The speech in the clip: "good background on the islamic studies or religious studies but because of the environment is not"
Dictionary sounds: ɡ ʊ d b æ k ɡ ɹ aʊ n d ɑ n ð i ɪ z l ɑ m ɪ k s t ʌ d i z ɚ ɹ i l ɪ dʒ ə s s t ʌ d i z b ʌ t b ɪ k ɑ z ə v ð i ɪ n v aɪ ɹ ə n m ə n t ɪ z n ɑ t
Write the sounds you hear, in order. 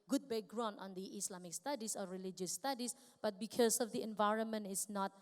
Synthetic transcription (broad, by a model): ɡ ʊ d b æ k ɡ ɹ aʊ n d ɑ n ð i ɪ s l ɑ m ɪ k s t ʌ d i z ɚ ɹ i l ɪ dʒ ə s s t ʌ d i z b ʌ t b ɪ k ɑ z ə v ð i ɪ n v aɪ ɹ ə n m ə n t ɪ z n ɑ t